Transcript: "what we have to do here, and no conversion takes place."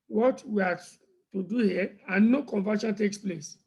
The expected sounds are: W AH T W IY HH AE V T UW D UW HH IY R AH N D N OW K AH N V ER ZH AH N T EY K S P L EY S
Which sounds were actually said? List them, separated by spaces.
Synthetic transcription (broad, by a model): W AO T W IY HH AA T UW D UW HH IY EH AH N N OW K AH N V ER SH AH N T EY K S P L EY S